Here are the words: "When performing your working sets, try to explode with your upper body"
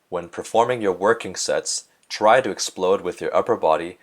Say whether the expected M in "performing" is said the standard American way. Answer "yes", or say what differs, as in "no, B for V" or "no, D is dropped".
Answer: yes